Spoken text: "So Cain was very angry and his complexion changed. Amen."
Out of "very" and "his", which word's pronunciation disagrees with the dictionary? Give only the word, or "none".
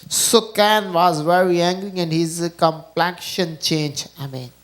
none